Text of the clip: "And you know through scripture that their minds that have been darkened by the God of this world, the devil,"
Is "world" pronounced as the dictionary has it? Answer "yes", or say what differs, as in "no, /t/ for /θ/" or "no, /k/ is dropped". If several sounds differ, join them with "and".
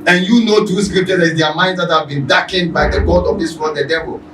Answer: no, /n/ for /l/